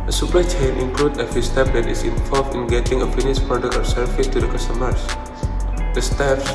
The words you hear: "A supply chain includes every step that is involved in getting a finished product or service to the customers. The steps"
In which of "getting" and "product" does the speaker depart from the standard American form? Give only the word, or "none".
product